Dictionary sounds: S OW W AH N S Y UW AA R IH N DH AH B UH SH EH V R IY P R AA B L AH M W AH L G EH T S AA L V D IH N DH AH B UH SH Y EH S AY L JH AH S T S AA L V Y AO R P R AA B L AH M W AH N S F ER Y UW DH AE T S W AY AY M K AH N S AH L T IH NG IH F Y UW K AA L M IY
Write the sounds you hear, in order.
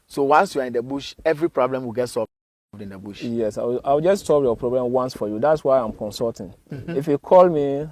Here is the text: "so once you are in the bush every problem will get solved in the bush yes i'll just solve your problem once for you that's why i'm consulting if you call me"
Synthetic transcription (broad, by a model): S OW W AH N S Y UW AA R IH N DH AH B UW SH EH V R IY P R AA B L AH M W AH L G EH T S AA V D IH N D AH B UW SH Y EH S AY W JH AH S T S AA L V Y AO P R AA B L AH M W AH N S F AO Y UW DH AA T S W AY AY M K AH N S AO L T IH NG IH F Y UW K AA L M IY